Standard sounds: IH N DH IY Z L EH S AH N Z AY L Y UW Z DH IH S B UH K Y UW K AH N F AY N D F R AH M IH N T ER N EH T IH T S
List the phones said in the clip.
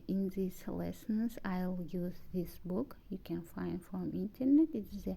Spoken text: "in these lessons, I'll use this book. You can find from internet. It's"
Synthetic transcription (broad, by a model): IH N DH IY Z L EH S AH N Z AY L Y UW Z DH IH S B UH K Y UW K AH N F AY N D F R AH M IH N T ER N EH T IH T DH